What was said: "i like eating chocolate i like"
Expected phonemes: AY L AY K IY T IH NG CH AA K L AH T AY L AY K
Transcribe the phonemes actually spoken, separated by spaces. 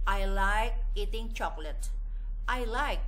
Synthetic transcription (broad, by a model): AY L AY K IY T IH NG CH AA K L AH T AY L AY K